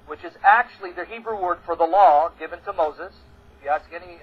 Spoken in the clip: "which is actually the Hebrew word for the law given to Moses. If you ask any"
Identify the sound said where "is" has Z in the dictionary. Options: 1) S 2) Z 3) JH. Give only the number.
2